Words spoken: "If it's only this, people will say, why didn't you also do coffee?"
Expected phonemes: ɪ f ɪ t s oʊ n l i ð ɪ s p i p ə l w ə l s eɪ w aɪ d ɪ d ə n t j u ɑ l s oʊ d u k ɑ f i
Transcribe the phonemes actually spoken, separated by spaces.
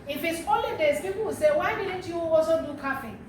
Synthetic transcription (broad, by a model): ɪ f ɪ t s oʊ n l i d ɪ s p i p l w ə s eɪ w aɪ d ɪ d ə n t j u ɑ s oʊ d u k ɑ f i